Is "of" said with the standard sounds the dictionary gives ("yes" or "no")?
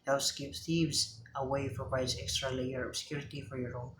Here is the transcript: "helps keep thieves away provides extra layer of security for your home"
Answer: no